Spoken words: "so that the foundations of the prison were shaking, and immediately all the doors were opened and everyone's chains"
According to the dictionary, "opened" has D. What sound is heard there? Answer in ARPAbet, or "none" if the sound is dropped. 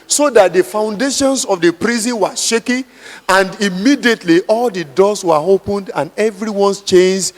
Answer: D